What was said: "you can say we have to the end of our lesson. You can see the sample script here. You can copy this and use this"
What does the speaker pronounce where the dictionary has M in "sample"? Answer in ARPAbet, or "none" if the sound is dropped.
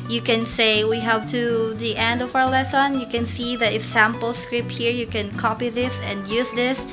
M